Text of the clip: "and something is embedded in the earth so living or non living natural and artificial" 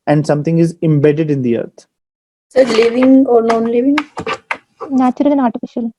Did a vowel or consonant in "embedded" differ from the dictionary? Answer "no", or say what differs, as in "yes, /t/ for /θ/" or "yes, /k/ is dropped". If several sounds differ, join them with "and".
no